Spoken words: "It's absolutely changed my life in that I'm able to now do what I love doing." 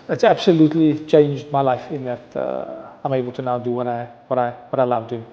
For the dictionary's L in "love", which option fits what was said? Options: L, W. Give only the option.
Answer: W